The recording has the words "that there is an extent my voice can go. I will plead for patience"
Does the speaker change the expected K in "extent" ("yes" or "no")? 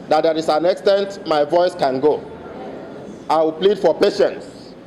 no